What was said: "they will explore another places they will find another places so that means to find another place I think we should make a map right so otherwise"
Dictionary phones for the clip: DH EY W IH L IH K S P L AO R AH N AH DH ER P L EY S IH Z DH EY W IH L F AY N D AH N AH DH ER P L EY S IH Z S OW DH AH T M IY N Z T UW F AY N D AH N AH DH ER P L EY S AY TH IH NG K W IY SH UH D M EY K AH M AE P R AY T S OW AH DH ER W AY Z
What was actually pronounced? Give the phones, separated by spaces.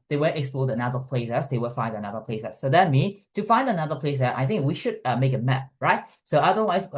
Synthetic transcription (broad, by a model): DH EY W IH L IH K S P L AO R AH N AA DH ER P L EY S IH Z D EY W IH L F AY N D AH N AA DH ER P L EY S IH S OW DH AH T M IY N T UW F AY N D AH N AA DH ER P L EY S AY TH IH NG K W IY SH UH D M EY K AH M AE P R AY T S OW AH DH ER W AY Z